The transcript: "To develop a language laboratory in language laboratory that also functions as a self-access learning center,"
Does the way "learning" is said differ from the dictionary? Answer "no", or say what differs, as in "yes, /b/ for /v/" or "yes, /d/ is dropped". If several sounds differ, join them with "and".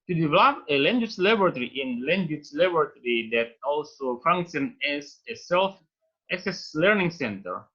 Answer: no